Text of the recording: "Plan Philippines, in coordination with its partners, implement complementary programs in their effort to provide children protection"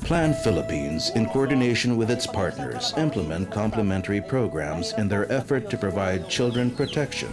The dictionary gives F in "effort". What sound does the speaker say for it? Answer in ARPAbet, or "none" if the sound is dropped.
F